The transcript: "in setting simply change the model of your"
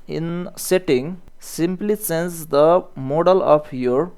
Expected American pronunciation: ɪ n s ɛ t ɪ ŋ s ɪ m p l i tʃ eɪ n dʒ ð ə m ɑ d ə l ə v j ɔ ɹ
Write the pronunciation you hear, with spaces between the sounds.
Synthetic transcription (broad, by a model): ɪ n s ɛ t ɪ ŋ s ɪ m p l i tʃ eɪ n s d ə m ɑ d ə l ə p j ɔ ɹ